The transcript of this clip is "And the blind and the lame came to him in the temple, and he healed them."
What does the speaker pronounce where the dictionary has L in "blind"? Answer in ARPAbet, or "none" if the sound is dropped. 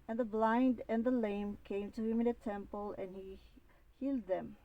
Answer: L